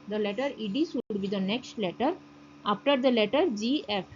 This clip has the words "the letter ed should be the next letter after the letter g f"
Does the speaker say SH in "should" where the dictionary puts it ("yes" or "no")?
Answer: no